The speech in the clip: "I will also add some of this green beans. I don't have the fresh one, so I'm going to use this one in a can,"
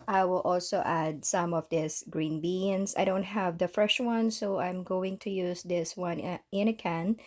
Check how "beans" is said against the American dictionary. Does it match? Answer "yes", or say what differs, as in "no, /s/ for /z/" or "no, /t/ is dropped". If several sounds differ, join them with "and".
no, /s/ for /z/